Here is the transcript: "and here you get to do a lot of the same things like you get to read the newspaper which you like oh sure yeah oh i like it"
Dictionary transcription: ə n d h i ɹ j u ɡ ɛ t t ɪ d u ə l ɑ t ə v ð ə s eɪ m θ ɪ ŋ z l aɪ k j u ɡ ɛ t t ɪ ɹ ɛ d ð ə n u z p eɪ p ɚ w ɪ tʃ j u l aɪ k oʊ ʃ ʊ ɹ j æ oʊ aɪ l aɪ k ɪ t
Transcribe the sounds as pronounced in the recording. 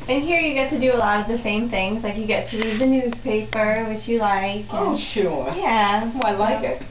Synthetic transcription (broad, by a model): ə n h i ɹ j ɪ ɡ ɛ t t ɪ d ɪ ə l ɑ t ə v ð ə s eɪ m θ ɪ ŋ z l aɪ k j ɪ ɡ ɛ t t ɪ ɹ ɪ ð ə n u z p eɪ p ɚ w ɪ tʃ j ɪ l aɪ k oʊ ʃ ʊ ɹ j æ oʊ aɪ l aɪ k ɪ t